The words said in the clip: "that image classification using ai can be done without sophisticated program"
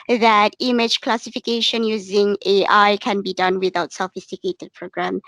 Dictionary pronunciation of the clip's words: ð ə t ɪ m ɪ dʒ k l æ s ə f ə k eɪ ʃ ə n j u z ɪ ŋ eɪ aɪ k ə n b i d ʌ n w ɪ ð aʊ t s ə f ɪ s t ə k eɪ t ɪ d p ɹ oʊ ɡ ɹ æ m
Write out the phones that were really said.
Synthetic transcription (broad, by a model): ð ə t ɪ m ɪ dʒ k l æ s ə f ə k eɪ ʃ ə n j u z ɪ ŋ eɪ aɪ k ə n b i d ʌ n w ɪ ð aʊ t s ə f ɪ s t ə k eɪ t ɪ d p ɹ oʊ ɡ ɹ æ m